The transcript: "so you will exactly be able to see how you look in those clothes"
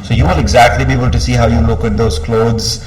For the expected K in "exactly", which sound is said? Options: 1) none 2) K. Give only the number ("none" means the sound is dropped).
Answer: 2